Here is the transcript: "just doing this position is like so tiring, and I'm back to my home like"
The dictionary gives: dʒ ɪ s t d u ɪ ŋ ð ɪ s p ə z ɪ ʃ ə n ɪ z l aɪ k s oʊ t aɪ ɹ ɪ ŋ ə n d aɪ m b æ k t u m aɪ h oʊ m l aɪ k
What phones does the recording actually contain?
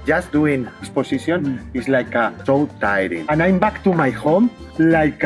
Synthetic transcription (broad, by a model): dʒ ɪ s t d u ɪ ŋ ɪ s p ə s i s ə n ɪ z l aɪ k s oʊ t aɪ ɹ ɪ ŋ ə n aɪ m b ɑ k t u m aɪ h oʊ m l aɪ k